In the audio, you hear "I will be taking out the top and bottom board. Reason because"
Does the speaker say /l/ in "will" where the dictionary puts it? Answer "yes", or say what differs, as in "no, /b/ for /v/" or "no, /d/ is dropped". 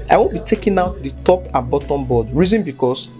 no, /n/ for /l/